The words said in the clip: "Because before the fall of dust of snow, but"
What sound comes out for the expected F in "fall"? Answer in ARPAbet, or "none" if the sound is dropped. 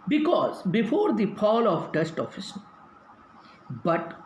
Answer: P